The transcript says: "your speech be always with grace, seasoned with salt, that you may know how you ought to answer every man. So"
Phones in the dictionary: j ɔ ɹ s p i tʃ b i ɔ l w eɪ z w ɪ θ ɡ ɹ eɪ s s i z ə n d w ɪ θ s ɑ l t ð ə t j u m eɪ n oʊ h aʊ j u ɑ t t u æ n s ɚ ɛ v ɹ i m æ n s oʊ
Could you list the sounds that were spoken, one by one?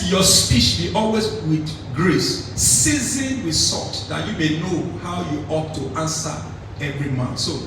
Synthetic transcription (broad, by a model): j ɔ s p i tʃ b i ɔ l w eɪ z w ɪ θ ɡ ɹ eɪ s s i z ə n w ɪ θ s ɑ t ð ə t j u m eɪ n oʊ h aʊ j u ɑ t t u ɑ n s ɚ ɛ v ɹ i m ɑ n s oʊ